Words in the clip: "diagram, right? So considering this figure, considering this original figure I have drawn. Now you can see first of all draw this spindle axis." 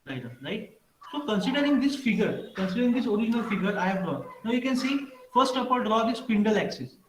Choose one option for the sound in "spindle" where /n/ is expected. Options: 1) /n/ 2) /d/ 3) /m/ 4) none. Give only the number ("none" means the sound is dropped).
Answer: 1